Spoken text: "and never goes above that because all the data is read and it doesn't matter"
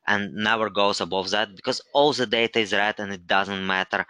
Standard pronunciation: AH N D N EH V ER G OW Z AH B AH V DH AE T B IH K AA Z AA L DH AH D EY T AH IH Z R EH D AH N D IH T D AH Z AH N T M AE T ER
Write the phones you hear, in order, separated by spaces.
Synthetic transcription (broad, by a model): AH N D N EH W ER G OW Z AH B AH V DH AE T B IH K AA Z AA L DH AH D EY T AH IH Z R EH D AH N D IH T D AH Z AH N T M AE T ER